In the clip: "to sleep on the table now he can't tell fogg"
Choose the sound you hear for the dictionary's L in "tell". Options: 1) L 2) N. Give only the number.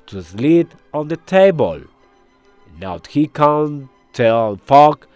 2